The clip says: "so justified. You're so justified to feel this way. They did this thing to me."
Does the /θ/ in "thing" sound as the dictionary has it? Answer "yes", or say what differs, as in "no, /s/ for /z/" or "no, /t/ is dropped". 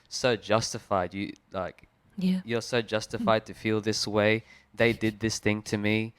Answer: yes